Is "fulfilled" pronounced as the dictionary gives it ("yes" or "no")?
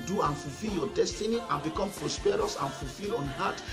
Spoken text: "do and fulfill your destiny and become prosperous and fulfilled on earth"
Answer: no